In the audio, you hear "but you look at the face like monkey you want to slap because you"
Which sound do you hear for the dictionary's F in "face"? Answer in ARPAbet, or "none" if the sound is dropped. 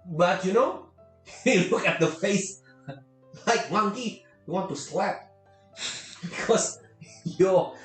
F